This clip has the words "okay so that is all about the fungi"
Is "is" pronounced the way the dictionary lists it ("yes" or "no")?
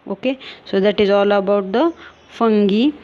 yes